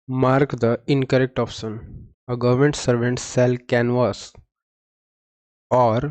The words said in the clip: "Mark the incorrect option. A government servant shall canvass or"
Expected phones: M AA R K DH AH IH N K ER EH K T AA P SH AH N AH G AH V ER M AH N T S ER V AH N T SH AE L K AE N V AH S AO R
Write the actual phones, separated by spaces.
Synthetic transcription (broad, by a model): M AA R K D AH IH N K ER EH K T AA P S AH N AH G AH V ER M AH N T S ER V AH N T S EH L K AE N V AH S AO R